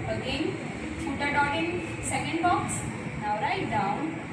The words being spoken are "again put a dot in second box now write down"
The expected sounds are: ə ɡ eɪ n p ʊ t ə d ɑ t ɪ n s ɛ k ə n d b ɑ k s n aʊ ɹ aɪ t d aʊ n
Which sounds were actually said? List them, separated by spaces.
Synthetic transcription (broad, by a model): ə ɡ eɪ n f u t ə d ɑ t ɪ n s ɛ k ə n d b ɑ k s n aʊ ɹ aɪ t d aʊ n